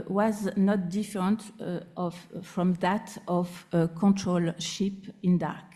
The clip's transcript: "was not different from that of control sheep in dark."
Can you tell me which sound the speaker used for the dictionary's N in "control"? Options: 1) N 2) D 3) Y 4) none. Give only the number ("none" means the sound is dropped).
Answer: 1